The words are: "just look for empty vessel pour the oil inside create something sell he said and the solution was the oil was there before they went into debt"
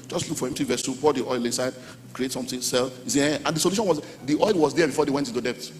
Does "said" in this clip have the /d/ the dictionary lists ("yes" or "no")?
no